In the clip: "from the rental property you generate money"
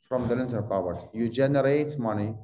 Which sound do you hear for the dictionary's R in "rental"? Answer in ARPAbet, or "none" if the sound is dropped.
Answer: L